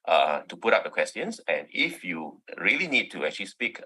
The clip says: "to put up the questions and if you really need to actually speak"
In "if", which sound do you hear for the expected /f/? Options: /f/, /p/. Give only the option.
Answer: /f/